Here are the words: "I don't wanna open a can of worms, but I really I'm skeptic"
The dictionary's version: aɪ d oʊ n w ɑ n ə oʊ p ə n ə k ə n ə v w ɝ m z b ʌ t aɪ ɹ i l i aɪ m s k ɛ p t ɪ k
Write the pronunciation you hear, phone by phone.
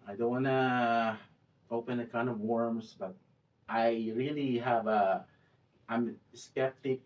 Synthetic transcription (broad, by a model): aɪ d oʊ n w ɑ n ə oʊ p ə n ə k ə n ə v w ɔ m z b ʌ t aɪ ɹ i l i aɪ m s k ɛ p t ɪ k